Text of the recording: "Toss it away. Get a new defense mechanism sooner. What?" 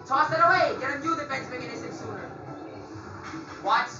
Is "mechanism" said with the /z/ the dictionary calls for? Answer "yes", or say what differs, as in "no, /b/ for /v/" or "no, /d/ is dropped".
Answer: no, /s/ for /z/